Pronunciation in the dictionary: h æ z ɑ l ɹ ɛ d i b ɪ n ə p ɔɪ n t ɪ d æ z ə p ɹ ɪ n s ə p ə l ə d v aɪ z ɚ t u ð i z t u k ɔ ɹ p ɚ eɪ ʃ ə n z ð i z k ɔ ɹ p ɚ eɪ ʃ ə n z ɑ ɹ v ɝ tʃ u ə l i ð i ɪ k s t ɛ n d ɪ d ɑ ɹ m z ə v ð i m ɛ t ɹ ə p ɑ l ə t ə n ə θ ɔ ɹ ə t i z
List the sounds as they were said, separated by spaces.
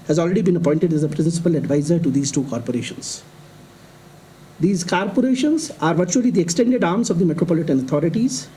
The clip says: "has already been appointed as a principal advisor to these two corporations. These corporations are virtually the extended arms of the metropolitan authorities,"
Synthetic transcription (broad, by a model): h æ z ɑ l ɹ ɛ d i b ɪ n ə p ɔɪ n t ɪ d æ z ə p ɹ ɪ n s ə p ə l ə d v aɪ z ɚ t u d i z t u k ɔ ɹ p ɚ eɪ ʃ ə n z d i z k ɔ ɹ p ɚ eɪ ʃ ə n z ɑ ɹ v ɝ tʃ u ə l i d i ɪ k s t ɛ n d ɪ d ɑ ɹ m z ə v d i m ɛ t ɹ ə p ɑ l ə t ə n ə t ɔ ɹ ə t i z